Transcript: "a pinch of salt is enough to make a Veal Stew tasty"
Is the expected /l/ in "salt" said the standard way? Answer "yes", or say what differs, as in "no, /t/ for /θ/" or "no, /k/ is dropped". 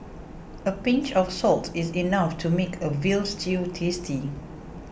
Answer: yes